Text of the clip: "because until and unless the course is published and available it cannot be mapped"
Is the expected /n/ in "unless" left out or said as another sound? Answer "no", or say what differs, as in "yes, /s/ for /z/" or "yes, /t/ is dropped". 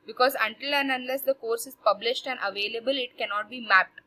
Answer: no